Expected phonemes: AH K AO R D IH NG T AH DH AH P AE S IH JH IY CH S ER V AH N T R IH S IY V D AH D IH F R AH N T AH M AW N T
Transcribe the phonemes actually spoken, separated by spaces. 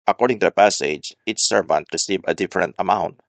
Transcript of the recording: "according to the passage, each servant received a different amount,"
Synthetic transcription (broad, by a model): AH K AO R D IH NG T AH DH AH P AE S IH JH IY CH S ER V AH N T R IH S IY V AH D IH F R AH N T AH M AW N T